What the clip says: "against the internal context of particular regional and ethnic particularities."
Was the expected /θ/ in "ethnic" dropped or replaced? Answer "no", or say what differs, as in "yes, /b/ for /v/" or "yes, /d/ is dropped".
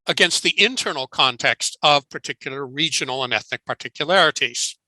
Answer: no